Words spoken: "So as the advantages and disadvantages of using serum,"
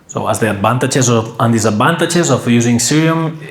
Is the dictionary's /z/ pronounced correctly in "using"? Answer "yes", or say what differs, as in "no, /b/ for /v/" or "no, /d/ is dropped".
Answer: yes